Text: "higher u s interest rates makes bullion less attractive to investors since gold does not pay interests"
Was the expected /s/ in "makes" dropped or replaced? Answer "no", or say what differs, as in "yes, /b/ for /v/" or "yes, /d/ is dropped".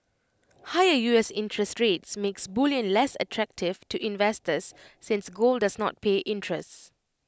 no